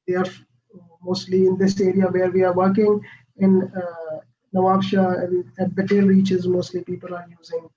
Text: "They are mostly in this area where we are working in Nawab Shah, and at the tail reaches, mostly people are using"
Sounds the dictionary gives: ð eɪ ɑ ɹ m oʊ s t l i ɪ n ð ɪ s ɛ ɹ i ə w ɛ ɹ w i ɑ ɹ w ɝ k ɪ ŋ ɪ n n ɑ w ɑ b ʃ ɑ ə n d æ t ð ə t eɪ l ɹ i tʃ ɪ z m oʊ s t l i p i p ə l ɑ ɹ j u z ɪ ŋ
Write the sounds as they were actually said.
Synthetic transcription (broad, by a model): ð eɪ ɑ ɹ m oʊ s t l i ɪ n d ɪ s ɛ ɹ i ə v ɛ ɹ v i ɑ ɹ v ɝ k ɪ ŋ ɪ n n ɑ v ɑ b ʃ ɑ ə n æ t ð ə t eɪ l ɹ i tʃ ɪ z m oʊ s t l i p i p ə l ɑ ɹ j u z ɪ ŋ